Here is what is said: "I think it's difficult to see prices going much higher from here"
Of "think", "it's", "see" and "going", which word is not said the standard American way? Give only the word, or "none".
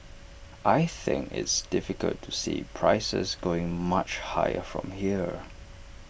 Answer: none